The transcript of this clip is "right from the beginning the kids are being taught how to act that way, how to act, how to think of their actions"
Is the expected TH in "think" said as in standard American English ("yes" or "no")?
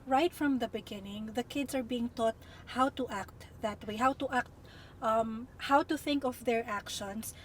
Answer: yes